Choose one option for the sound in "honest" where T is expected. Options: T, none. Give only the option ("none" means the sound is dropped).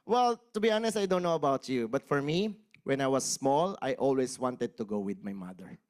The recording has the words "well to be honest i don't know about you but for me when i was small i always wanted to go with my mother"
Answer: T